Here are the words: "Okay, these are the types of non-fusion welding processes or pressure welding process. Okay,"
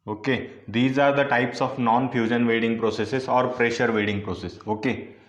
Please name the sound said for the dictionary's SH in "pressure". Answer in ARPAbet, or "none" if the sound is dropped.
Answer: SH